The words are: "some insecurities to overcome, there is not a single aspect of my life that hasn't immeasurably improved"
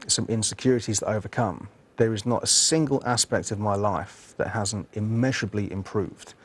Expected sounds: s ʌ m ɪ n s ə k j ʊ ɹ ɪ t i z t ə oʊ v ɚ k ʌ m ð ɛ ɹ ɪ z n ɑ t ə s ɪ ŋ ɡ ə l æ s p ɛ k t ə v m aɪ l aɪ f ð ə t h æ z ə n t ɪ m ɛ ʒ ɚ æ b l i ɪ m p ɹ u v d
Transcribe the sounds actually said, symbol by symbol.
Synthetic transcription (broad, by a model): s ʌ m ɪ n s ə k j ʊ ɹ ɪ t i z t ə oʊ v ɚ k ʌ m ð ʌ ɹ ɪ z n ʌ t ə s ɪ ŋ ɡ ə l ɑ s p ɛ k t ə v m aɪ l aɪ f ð ə t h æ z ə n t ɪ m ɛ ʒ ɚ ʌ b l i ɪ m p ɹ u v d